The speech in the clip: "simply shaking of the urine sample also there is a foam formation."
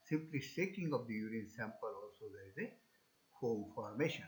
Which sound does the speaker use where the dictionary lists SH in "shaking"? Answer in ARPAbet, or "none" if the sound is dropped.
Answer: S